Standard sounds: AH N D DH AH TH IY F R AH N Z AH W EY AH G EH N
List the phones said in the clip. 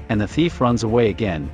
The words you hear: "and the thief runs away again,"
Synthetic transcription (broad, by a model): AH N DH AH TH IY F R AH N Z AH W EY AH G EH N